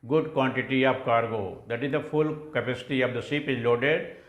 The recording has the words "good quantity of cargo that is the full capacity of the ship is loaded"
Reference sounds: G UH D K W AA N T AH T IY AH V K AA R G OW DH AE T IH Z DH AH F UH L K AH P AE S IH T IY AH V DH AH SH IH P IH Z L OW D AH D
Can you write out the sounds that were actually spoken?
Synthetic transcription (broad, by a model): G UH D K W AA N T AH T IY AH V K AA R G OW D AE T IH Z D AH F UH L K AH P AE S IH T IY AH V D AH S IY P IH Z L OW D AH D